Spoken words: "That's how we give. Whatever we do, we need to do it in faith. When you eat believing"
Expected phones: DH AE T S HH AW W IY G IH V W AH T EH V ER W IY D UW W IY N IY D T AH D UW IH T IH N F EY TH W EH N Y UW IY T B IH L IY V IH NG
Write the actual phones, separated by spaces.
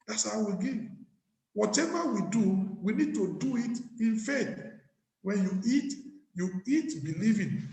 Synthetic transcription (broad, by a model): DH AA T S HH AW W IY G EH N W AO T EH V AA W IY D UW W IY N IY D T AH D UW IH T IH N F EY T W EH N Y UW IY T B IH L IY V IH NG